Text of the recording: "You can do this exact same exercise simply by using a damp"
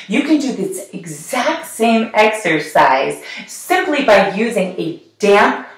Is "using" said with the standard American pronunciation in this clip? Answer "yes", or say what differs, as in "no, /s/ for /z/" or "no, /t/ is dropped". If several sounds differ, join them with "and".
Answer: yes